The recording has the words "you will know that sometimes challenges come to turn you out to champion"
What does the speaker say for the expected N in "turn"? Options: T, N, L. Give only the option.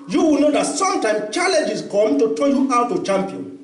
L